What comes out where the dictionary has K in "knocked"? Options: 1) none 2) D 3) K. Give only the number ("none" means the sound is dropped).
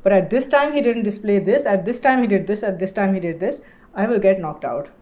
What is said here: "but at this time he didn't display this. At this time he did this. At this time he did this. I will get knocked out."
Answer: 3